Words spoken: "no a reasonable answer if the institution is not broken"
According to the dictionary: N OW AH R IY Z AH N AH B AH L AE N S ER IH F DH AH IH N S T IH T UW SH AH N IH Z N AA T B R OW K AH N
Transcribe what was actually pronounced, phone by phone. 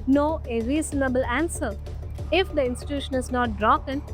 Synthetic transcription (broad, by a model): N OW AH R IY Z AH N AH B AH L AE N S ER IH F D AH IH N S T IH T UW SH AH N IH Z N AA T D R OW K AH N